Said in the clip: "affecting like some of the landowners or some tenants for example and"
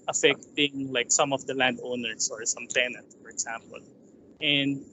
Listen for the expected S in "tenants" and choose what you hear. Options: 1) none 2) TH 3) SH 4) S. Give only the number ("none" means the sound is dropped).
1